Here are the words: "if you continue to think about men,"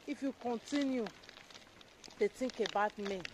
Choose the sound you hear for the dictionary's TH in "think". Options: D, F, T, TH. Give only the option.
T